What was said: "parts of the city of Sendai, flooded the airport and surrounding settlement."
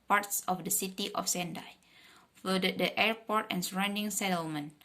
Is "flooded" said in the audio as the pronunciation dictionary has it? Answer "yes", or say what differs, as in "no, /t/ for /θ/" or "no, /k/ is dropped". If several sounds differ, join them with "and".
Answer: no, /l/ is dropped